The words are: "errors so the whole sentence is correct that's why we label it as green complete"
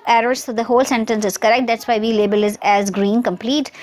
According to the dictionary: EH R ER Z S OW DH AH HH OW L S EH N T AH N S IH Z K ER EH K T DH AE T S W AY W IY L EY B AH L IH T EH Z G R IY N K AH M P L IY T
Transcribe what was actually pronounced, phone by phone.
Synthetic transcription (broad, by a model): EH R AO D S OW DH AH HH OW L S EH N T AH N S IH Z K ER EH K T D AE T S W AY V IY L EY B AH L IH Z EH Z G R IY N K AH M P L IY T